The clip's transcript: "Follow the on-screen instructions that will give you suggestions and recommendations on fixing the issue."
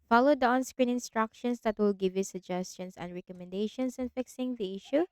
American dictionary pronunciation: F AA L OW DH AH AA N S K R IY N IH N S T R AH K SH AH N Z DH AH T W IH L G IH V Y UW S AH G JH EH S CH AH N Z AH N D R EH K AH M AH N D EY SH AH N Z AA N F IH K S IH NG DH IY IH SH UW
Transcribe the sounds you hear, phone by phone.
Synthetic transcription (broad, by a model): F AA L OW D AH AA N S K R IY N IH N S T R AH K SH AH N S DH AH T W IH L G IH V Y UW S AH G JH EH S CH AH N S AH N D R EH K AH M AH N D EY SH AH N S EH N F IH K S IH NG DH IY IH SH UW